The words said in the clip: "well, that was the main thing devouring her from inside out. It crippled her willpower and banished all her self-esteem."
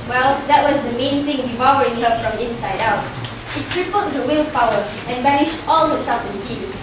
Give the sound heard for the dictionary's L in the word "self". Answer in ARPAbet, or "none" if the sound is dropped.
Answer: none